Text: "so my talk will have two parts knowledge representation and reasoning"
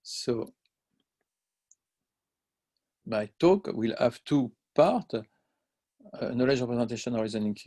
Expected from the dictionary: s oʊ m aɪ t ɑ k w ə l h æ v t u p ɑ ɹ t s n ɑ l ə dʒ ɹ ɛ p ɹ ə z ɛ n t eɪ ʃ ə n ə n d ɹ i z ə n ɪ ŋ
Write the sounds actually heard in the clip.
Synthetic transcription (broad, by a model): s oʊ m aɪ t ɑ k w ə l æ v t u p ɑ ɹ t n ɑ l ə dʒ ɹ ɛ p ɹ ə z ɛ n t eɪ ʃ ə n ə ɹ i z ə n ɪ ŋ